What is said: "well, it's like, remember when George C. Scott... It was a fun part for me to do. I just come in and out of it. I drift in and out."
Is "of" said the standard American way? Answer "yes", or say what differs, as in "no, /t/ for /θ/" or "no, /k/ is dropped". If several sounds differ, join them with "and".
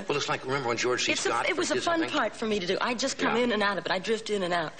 no, /b/ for /v/